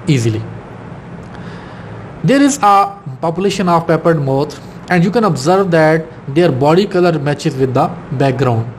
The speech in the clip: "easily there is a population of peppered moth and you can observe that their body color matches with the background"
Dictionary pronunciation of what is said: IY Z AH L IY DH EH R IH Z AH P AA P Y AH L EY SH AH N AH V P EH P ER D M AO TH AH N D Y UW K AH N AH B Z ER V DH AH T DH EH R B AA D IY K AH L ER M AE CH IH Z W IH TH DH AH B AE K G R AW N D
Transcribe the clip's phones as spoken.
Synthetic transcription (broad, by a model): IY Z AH L IY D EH R IH Z AH P AA P Y AH L EY SH AH N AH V P EH P ER D M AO T AH N D Y UW K AH N AH B Z ER V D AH T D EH R B AA D IY K AH L ER M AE CH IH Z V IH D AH B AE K G R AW N D